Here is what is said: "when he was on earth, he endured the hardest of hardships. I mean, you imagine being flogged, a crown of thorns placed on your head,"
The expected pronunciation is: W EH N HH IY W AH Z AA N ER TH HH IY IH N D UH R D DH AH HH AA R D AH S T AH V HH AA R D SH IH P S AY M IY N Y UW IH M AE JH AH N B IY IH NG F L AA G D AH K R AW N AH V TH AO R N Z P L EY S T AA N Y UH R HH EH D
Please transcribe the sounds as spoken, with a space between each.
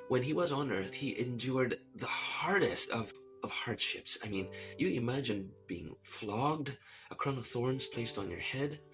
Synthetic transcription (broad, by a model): W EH N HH IY W AH Z N ER TH HH IY IH N D UH R D DH AH HH AA R D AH S T AH V HH AA R D SH IH P S AY M IY N Y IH IH M AE JH AH N B IY IH NG F L AA G D AH K R AW N AH V TH AO R N Z P L EY S T N Y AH R HH EH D